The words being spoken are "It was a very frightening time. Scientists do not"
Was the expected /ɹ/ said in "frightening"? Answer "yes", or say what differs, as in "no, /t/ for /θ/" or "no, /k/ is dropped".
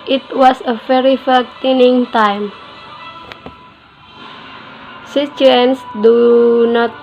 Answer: no, /ɹ/ is dropped